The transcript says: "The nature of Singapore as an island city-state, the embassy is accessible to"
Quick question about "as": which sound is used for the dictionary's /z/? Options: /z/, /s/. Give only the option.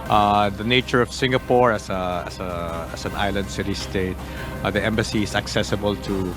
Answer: /s/